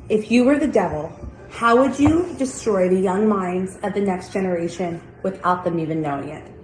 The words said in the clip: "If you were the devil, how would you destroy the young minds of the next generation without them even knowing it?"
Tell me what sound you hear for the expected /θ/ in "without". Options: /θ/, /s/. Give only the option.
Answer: /θ/